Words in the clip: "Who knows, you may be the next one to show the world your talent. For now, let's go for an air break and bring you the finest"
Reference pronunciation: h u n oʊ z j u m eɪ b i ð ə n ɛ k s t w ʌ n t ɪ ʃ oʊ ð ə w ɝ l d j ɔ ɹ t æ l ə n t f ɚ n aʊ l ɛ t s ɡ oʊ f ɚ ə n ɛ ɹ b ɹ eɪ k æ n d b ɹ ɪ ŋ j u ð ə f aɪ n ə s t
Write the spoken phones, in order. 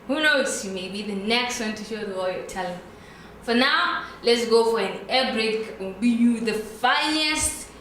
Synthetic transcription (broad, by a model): h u n oʊ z j u m eɪ b i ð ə n ɛ k s t w ʌ n t ɪ ʃ oʊ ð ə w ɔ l j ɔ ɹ t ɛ l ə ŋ f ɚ n aʊ l ɛ t s ɡ oʊ f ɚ ə n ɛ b ɹ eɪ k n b i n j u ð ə f aɪ n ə s t